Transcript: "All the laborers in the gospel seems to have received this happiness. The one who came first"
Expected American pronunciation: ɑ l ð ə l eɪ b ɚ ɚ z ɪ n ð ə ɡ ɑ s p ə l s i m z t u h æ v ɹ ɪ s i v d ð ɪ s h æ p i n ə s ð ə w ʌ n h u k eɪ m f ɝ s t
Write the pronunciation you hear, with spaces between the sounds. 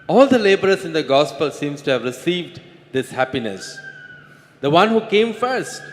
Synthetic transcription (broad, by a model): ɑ l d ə l eɪ b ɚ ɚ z ɪ n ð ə ɡ ɑ s p ə l s i m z t u h æ v ɹ ɪ s i v d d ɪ s h æ p i n ə s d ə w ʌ n h u k eɪ m f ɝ s t